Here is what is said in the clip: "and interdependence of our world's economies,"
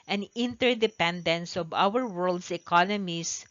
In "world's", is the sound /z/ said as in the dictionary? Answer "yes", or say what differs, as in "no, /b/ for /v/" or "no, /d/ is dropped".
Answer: no, /s/ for /z/